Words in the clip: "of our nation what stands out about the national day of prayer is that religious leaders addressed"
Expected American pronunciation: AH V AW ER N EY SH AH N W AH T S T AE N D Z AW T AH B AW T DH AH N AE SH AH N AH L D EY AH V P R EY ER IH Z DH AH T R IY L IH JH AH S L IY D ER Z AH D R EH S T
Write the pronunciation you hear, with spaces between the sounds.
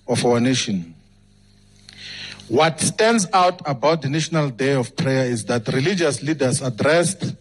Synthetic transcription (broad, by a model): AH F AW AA N EY SH AH N W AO T S T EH N D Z AW T AH B AW T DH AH N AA SH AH N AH L D EY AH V P R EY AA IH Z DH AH T R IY L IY JH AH S L IY D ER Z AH D R EH S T